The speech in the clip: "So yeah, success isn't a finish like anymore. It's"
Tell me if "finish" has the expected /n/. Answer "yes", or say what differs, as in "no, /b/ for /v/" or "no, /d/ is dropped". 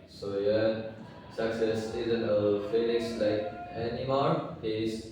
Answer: no, /l/ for /n/